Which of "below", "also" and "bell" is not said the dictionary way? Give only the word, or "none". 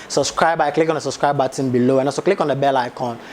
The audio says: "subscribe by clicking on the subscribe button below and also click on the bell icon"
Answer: also